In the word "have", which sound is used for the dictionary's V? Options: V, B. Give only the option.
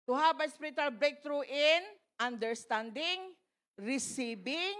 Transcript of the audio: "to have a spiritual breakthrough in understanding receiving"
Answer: B